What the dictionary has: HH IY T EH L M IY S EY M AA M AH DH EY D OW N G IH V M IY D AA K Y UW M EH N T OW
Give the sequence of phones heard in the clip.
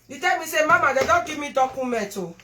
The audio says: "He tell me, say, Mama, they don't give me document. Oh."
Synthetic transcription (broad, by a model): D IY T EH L M IY S EY M AA M AH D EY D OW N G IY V M IY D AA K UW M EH T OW